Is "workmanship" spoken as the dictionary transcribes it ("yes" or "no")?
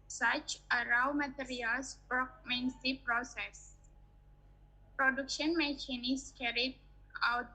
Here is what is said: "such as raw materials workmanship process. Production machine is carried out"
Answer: no